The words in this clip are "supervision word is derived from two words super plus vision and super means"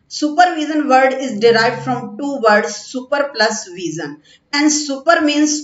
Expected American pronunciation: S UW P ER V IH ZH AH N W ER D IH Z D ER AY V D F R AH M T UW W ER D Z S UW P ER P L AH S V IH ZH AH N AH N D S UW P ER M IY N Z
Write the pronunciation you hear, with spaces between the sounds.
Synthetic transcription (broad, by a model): S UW P ER V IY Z AH N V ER D IH Z D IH AY V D F R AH M T UW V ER D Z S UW P ER P L AH S V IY Z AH N AH N D S UW P ER M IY N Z